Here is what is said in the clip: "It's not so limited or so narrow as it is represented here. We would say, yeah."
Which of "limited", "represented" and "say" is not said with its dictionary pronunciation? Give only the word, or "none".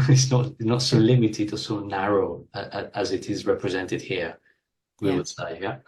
none